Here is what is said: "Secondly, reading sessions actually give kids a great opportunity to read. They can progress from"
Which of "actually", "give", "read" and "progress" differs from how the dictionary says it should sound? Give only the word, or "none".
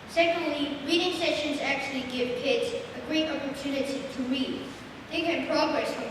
none